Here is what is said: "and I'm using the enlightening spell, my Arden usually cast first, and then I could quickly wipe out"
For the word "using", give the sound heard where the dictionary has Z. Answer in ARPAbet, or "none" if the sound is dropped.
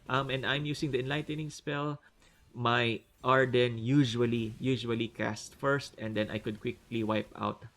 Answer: S